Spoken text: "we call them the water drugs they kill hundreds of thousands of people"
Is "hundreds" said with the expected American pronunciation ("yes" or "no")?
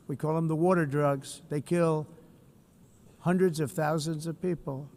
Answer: yes